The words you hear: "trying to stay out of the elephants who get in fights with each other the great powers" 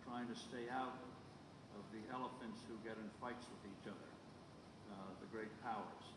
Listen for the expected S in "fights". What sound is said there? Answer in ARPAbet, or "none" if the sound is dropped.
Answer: S